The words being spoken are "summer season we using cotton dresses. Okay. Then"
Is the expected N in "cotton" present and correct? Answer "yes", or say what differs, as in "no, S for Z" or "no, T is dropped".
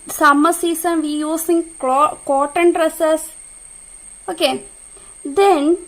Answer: yes